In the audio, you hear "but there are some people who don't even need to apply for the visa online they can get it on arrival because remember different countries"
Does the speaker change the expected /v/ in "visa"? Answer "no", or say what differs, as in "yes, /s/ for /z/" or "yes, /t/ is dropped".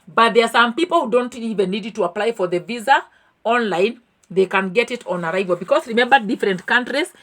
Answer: no